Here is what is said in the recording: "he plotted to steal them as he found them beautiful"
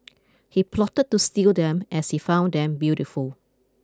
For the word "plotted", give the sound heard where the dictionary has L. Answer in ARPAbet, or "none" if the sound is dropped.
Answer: L